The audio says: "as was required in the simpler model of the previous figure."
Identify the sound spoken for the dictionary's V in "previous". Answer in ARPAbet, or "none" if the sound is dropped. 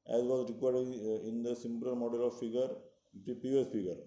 P